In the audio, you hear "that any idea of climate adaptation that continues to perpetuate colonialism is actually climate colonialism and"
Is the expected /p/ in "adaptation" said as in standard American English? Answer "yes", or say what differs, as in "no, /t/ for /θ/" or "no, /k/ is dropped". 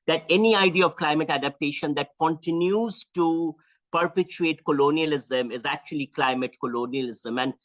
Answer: yes